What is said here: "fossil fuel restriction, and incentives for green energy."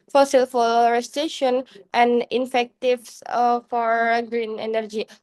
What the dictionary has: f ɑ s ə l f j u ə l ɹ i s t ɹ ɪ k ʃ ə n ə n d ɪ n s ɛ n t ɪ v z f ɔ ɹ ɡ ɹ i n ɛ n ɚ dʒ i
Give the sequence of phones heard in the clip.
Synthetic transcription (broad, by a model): f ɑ s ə l f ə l ɹ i s t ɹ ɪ ʃ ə n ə n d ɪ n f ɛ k t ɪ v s f ɔ ɹ ɡ ɹ i n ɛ n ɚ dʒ i